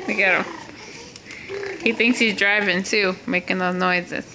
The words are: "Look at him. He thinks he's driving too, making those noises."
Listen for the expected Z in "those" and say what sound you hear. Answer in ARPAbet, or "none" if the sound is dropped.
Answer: none